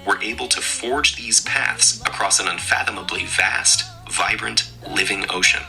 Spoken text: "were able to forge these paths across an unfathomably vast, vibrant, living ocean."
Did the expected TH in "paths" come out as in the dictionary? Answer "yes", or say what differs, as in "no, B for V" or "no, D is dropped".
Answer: yes